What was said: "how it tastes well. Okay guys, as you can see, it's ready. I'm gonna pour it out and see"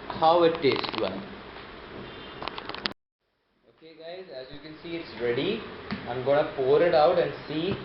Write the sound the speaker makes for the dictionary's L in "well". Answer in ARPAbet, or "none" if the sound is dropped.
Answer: N